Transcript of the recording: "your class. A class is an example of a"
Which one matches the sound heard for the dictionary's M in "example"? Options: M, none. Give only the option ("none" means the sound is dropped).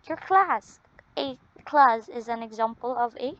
M